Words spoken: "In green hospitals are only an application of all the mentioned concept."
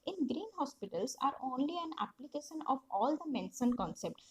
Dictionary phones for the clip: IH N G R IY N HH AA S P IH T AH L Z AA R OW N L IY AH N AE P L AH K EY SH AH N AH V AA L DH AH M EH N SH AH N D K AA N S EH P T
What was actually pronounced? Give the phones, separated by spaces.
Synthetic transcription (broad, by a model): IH N G R IY N HH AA S P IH T AH L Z AA R OW N L IY AH N AE P L AH K EY SH AH N AH V AA L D AH M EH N S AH N K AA N S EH P T